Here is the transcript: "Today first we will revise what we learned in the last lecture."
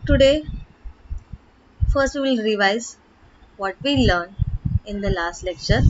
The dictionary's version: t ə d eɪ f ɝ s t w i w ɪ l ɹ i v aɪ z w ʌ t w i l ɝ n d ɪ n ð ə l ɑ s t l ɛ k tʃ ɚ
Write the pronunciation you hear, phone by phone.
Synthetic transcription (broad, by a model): t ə d eɪ f ɝ s t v i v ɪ l ɹ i v aɪ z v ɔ t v i l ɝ n ɪ n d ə l ɑ s t l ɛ k tʃ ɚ